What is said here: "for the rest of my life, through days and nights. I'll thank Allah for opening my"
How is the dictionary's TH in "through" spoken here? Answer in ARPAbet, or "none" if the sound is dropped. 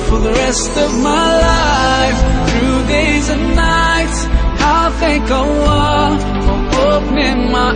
TH